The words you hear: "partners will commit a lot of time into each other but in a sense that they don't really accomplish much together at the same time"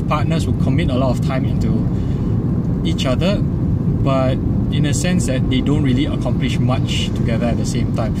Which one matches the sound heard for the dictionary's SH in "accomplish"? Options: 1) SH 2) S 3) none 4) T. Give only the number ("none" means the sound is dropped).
1